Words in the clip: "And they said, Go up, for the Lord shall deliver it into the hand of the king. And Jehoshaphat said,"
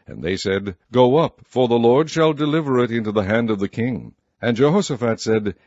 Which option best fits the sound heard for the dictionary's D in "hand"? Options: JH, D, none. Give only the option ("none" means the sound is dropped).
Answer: D